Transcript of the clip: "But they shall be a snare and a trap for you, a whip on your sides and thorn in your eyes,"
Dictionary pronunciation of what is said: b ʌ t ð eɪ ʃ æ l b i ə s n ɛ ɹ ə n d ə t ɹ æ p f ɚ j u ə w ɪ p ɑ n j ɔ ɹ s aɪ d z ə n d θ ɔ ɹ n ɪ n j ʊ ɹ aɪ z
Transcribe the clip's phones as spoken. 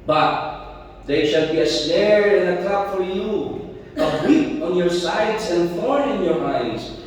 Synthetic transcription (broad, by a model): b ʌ t ð eɪ ʃ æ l b i ə s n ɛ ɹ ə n ə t ʌ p f ɚ j u ə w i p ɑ n j ɔ ɹ s aɪ d z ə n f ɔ ɹ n ɪ n j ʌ ɹ aɪ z